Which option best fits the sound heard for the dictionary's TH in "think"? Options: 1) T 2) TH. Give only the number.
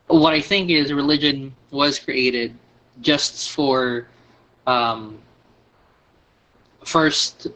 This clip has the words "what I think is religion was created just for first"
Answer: 2